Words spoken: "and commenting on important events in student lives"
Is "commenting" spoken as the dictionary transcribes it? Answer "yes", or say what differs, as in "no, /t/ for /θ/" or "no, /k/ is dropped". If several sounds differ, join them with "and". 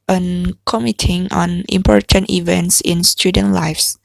no, /n/ is dropped